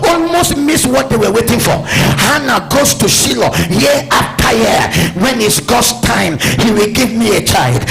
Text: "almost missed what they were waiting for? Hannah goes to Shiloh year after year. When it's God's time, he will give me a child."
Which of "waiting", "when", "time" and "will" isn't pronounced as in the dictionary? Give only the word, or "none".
none